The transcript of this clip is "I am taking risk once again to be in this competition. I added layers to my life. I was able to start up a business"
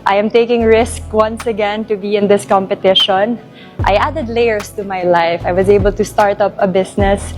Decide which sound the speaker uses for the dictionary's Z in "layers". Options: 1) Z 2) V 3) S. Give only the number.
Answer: 3